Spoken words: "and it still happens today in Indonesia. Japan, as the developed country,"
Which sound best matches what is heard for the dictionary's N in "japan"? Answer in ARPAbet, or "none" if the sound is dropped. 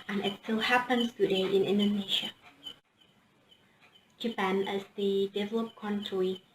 N